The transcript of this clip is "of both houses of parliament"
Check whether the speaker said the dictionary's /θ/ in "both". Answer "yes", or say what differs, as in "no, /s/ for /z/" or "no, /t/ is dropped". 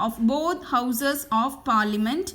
no, /t/ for /θ/